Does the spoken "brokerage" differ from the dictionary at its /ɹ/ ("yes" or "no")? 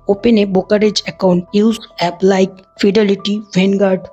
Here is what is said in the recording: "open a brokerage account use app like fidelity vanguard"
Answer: yes